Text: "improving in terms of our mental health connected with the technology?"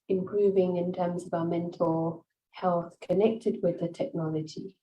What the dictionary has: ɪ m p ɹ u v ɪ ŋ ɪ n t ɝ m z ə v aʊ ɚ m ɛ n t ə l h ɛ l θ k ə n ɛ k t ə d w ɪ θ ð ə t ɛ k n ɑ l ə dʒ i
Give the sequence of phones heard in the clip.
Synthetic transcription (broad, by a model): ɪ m p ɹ u v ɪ ŋ ɪ n t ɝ m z ə v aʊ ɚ m ɛ n t ə l h ɛ l θ k ə n ɛ k t ə d w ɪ ð ə t ɛ k n ɑ l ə dʒ i